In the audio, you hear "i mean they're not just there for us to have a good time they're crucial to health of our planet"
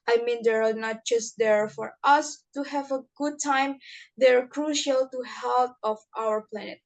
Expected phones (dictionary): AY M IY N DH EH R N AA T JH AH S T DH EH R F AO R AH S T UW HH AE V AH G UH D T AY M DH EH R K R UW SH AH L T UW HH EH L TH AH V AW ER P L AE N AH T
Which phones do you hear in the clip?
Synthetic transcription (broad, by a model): AY M IY N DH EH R N AA T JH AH S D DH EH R F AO R AH S T UW HH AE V AH G UH D T AY M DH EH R K R UW SH AH L T UW HH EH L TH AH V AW ER P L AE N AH T